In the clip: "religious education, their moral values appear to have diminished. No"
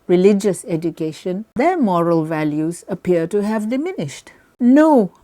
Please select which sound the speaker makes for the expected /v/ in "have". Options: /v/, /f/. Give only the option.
/v/